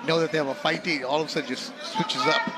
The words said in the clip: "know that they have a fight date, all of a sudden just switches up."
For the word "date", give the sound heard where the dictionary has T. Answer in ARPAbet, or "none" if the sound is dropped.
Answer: none